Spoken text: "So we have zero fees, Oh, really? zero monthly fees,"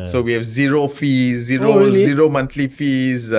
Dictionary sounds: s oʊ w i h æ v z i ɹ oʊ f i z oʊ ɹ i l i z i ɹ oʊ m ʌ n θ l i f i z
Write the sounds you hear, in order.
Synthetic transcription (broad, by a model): s oʊ w i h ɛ v z i ɹ oʊ f i z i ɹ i z i ɹ oʊ m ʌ n t l i f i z